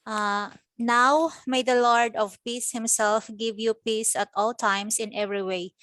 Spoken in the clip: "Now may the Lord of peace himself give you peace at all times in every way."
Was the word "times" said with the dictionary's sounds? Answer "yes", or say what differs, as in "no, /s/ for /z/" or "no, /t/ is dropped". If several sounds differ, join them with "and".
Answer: no, /s/ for /z/